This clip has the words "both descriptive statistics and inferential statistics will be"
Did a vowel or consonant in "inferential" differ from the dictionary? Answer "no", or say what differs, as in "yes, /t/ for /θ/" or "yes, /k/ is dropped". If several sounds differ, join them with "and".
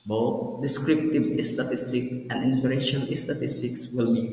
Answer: yes, /p/ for /f/ and /n/ is dropped